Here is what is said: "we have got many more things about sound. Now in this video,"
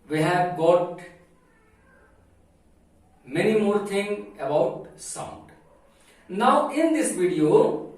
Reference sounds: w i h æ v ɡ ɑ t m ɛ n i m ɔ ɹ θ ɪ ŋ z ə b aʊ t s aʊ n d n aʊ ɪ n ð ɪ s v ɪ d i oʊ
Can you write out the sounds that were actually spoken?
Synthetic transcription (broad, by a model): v i h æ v ɡ ɑ t m ɛ n i m ɔ ɹ t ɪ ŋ ə b aʊ t s aʊ n d n aʊ ɪ n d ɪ s v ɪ d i oʊ